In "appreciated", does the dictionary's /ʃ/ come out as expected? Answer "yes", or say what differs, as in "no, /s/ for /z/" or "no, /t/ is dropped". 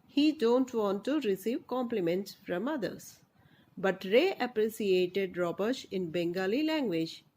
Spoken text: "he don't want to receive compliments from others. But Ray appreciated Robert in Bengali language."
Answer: no, /s/ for /ʃ/